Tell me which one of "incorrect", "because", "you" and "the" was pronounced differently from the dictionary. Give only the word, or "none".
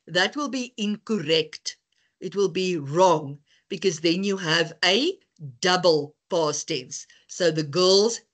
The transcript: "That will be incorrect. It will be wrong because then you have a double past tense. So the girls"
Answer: none